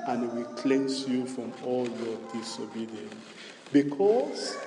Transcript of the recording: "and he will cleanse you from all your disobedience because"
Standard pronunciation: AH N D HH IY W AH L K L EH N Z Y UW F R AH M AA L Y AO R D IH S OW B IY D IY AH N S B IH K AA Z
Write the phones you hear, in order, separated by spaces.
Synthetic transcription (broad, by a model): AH N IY W AH L K L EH N S Y UW F R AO M AA L Y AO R D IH S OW B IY D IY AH N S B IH K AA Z